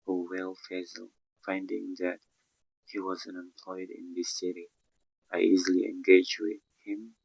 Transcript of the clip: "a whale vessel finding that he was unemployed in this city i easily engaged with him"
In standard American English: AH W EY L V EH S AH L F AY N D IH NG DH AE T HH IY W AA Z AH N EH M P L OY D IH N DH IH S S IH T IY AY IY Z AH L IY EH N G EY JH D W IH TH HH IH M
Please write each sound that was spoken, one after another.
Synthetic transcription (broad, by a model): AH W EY L F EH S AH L F AY N D IH NG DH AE T HH IY W AA Z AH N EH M P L OY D IH N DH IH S S IH T IY AY IY Z AH L IY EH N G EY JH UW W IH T HH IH M